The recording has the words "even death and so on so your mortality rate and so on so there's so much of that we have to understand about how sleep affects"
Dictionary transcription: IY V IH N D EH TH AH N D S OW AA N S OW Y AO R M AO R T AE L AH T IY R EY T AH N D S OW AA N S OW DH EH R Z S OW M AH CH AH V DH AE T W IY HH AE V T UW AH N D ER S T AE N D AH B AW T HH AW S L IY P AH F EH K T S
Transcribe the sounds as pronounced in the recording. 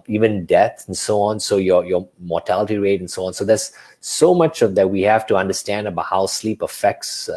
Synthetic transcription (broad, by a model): IY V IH N D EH T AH N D S OW AA N S OW Y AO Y M AO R T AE L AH T IY R EY T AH N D S OW AA N S OW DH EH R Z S OW M AH CH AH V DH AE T W IY HH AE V T UW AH N D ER S T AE N D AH B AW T HH AW S L IY P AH F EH K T S